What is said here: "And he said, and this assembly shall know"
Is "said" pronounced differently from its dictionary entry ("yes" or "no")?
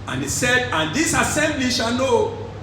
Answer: no